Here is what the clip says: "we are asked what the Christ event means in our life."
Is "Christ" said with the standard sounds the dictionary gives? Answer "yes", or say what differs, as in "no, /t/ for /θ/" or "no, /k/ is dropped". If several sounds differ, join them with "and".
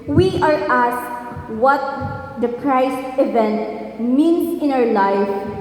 no, /t/ is dropped